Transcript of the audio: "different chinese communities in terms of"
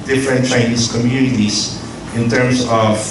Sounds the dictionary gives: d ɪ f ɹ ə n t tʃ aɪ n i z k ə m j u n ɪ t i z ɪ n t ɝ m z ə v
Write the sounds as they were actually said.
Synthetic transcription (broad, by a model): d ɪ f ɹ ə n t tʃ aɪ n i s k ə m j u n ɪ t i s ɪ n t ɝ m s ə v